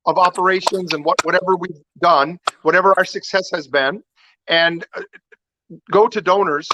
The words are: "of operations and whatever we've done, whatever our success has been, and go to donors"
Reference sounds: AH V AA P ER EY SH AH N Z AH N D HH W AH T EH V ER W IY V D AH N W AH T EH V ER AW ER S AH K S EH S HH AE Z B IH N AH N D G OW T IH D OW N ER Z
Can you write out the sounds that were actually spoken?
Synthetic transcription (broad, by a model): AH V AA P ER EY SH AH N Z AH N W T W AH T EH V ER W IY V D AH N W AH T EH V ER AW ER S AH K S EH S HH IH Z B IH N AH N G OW T IH D OW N ER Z